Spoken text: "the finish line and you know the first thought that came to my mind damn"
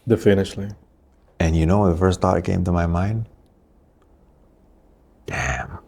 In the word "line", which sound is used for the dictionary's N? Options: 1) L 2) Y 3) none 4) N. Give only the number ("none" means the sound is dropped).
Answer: 3